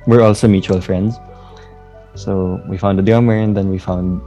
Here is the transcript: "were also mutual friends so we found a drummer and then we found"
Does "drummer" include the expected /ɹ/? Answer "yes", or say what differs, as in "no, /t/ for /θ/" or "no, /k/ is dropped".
no, /ɹ/ is dropped